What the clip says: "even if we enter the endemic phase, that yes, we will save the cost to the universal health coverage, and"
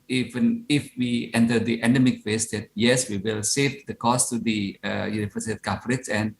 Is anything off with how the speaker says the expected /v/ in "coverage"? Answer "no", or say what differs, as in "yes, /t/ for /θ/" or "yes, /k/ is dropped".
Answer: yes, /f/ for /v/